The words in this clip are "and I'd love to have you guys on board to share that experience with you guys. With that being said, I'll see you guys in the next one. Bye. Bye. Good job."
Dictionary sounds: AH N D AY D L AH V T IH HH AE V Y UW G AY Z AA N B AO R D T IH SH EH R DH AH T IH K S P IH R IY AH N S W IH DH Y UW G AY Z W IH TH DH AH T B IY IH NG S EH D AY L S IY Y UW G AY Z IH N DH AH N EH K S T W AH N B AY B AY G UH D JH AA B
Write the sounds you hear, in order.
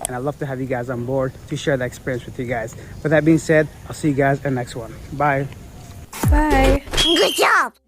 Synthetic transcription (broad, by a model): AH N AY L AH V T IH HH AE V Y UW G AY Z N B AO R D T IH SH EH R DH AH T IH K S P IH R IY AH N S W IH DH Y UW G AY Z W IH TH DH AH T B IY IH NG S EH D AY L S IY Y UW G AY Z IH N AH N EH K S T W AH N B AY B AY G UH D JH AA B